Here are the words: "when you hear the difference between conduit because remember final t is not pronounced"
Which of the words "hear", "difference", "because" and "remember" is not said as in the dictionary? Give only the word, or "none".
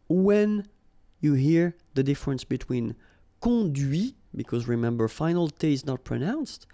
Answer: none